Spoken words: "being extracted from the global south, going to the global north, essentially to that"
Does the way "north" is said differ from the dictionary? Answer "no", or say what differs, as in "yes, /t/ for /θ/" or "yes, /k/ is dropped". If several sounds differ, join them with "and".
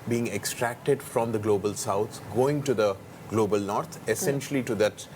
yes, /t/ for /θ/